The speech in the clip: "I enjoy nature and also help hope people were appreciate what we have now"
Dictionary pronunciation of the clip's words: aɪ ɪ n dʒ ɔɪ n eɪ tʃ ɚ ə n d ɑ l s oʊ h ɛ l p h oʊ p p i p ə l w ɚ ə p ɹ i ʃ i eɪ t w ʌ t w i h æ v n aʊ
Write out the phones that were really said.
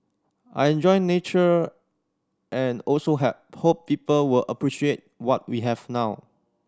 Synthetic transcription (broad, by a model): aɪ ɪ n dʒ ɔɪ n eɪ tʃ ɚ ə n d ɑ l s oʊ h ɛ p h oʊ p p i p ə l w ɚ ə p ɹ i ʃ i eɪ t w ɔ t w i h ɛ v n aʊ